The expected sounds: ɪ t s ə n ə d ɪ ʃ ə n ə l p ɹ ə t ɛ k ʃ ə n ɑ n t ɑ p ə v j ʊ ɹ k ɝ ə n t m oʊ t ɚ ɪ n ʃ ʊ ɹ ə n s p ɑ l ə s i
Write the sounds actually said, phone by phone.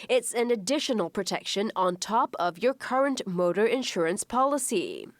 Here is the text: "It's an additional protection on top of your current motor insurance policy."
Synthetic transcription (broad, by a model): ɪ t s ə n ə d ɪ ʃ ə n ə l p ɹ ə t ɛ k ʃ ə n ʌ n t ɑ p ə v j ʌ ɹ k ɝ ə n t m oʊ t ɚ ɪ n ʃ ʊ ɹ ə n s p ɑ l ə s i